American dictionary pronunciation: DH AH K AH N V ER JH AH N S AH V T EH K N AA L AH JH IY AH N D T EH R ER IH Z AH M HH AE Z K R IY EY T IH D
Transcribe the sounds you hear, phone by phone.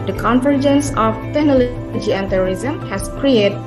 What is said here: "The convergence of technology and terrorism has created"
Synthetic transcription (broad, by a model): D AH K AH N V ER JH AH N S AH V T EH N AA L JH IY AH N T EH R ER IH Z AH M HH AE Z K R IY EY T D